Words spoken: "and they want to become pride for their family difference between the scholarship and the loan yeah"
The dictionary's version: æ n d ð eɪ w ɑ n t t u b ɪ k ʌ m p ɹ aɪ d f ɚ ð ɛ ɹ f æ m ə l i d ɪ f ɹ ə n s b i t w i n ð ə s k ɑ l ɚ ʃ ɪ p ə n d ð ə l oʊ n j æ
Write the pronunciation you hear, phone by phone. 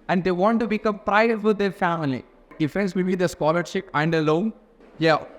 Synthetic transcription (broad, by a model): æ n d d eɪ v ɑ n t t u b ɪ k ʌ m p ɹ aɪ d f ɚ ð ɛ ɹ f æ m ə l i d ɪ f ə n s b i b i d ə s k ɑ l ɚ ʃ ɪ p ə n d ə l oʊ n j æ